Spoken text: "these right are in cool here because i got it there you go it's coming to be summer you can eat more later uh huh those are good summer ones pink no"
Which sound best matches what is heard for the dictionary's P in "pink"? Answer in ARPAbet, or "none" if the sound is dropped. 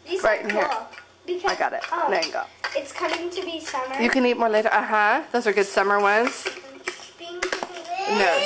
B